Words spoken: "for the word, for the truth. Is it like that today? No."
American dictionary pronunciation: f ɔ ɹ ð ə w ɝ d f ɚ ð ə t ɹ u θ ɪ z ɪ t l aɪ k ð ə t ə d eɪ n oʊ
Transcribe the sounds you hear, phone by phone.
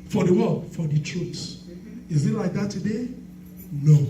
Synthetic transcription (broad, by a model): f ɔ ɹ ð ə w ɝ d f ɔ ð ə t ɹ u s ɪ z ɪ t l aɪ k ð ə t ə d eɪ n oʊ